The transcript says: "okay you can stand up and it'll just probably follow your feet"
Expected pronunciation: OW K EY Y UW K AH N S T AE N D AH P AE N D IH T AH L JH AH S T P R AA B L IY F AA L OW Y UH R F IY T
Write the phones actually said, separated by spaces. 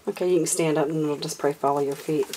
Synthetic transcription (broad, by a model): OW K EY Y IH K AH N S T AE N D AH P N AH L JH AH S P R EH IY F AA L OW Y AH R F IY T